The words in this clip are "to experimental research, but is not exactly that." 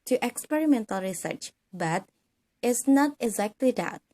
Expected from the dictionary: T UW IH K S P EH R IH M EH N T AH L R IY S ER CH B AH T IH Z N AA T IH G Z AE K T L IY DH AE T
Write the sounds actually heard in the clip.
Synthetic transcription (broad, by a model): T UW IH K S P EH R IH M EH N T AH L R IY S ER CH B AH T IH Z N AA T IH G Z AE K T L IY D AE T